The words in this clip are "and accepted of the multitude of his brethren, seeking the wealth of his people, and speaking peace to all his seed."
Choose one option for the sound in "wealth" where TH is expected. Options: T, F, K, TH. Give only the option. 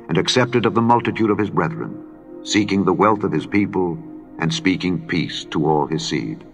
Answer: TH